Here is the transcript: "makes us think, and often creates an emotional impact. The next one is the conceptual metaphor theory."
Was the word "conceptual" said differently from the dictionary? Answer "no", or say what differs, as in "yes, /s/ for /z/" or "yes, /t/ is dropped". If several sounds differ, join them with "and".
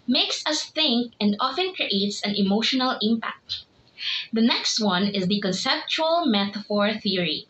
no